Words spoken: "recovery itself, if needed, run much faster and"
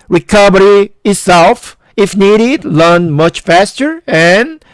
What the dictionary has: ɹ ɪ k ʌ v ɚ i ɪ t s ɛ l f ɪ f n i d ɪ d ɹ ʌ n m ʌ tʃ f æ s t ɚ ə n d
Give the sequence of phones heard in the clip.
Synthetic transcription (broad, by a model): ɹ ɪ k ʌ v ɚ i ɪ t s ɛ l f ɪ f n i d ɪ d l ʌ n m ʌ tʃ f æ s t ɚ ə n